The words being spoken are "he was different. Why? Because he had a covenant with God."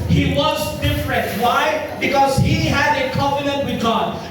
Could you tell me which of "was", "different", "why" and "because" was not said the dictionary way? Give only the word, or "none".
none